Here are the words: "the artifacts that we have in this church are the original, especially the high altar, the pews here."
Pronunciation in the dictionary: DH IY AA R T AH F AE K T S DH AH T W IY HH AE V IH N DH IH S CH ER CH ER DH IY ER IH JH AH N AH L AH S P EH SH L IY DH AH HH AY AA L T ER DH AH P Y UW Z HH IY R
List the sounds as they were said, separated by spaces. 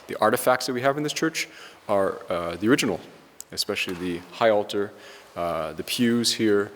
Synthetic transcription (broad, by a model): DH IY AA R T AH F AE K T S DH AH T W IY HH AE V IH N DH IH S CH ER CH ER DH IY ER IH JH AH N L AH S P EH SH L IY DH AH HH AY AA L T ER DH AH P Y UW Z HH IY R